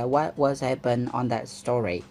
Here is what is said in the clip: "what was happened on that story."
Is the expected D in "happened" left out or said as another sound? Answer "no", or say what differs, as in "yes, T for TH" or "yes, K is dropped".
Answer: yes, D is dropped